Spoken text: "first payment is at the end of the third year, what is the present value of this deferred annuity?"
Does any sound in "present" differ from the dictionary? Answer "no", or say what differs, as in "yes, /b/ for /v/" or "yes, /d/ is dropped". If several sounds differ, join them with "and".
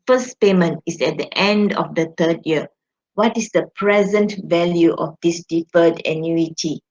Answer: no